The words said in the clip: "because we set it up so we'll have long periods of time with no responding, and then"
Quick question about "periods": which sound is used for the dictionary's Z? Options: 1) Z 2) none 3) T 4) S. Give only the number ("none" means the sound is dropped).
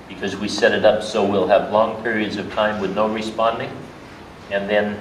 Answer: 1